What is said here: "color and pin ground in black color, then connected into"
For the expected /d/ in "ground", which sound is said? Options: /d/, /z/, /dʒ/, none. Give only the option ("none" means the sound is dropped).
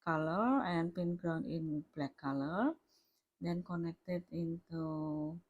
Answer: none